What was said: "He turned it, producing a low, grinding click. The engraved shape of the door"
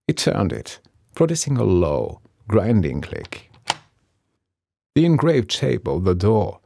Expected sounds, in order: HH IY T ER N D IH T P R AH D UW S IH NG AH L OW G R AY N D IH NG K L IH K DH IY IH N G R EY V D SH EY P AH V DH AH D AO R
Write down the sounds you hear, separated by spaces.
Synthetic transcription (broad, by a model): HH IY T ER N D IH T P R AH D UW S IH NG AH L OW G R AY N D IH NG K L IH K DH IY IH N G R EY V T EY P AH V DH AH D AO R